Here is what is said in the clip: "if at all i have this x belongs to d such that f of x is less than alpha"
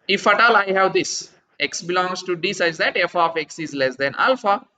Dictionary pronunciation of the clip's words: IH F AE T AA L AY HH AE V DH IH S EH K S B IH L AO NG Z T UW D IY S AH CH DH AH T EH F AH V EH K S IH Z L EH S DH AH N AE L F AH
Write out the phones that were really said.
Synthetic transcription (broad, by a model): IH F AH T AA L AY HH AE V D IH S EH K S B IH L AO NG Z T UW D IY S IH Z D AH T EH F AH F EH K S IH Z L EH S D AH N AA L F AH